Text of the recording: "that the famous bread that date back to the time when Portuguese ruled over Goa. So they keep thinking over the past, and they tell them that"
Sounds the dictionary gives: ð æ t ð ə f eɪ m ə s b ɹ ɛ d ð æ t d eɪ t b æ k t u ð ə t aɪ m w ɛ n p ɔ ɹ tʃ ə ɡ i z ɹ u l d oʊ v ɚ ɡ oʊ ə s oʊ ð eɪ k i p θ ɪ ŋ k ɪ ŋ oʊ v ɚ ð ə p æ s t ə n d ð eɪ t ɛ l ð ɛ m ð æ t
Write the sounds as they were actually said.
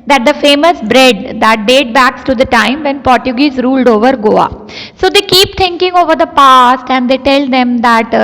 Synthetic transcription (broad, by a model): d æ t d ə f eɪ m ə s b ɹ ɛ d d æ t d eɪ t b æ k t u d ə t aɪ m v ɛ n p ɔ ɹ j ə ɡ i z ɹ u l d oʊ v ɚ ɡ oʊ ə s oʊ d eɪ k i p t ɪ ŋ k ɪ ŋ oʊ v ɚ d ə p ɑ s t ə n d eɪ t ɛ l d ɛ m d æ t